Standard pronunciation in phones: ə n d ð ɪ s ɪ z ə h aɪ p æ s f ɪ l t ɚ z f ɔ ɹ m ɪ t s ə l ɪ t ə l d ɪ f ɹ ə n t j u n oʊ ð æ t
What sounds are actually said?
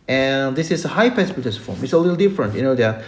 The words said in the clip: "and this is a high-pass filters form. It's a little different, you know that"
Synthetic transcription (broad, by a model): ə n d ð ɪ s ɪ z ə h aɪ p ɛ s p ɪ t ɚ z f ɔ ɹ m ɪ t s ə l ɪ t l d ɪ f ɹ ə n t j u n oʊ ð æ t